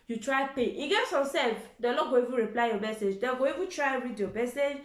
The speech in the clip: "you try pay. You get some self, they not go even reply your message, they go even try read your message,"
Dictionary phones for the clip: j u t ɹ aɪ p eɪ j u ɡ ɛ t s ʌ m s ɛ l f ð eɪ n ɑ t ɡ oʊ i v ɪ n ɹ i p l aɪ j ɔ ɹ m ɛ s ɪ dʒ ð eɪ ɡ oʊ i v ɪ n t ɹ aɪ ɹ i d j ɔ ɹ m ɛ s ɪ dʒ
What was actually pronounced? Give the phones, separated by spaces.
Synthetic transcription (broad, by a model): j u t ɹ aɪ p eɪ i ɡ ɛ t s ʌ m s ɛ l f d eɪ l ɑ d ɡ oʊ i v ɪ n ɹ i p l aɪ j ɔ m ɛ s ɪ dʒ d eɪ ɡ oʊ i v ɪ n t ɹ aɪ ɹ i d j ɔ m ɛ s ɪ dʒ